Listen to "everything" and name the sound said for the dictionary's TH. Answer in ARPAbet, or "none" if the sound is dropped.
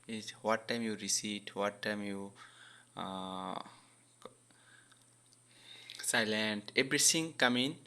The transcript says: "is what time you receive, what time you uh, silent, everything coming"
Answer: T